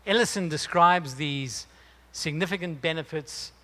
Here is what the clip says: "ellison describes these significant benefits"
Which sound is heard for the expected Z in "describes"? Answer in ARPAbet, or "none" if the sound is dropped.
Z